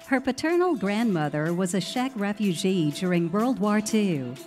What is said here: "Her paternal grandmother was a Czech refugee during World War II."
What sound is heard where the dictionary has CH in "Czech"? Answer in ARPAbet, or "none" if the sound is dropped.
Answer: SH